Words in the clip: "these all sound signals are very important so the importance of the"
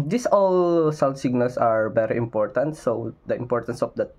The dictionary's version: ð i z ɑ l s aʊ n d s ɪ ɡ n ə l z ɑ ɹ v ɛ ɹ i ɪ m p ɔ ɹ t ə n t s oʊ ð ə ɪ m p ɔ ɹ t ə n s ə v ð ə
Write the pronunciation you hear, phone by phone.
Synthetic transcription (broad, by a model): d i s ɑ l s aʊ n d s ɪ ɡ n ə l s ɑ ɹ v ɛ ɹ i ɪ m p ɔ ɹ t ə n t s oʊ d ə ɪ m p ɔ ɹ t ə n s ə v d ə